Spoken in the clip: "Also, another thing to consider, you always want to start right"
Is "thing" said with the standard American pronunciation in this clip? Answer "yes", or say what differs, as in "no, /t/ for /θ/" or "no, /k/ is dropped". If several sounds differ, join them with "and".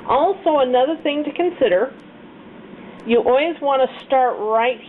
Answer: yes